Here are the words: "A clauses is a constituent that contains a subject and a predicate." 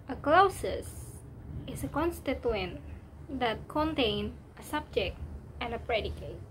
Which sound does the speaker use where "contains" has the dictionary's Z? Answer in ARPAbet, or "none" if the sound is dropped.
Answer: none